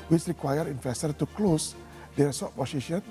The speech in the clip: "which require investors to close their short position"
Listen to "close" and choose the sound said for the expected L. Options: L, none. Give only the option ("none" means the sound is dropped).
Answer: L